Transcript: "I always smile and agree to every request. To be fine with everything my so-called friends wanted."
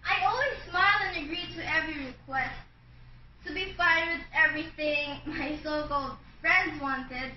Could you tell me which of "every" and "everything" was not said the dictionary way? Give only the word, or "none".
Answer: none